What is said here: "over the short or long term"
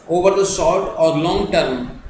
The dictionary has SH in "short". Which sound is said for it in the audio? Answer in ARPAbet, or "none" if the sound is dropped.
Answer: S